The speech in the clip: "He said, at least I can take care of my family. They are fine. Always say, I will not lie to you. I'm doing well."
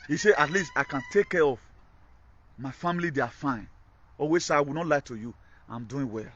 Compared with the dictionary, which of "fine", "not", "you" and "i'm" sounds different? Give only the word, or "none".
none